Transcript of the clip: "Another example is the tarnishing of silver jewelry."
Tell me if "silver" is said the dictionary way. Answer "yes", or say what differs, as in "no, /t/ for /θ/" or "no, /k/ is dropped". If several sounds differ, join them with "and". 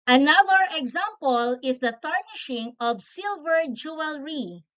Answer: yes